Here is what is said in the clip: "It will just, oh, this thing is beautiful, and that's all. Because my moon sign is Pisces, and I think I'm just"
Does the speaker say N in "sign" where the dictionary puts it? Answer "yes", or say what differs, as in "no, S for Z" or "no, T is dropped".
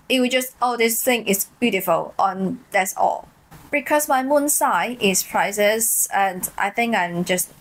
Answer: no, N is dropped